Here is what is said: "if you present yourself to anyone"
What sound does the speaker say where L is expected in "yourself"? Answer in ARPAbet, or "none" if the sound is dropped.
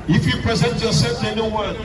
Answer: none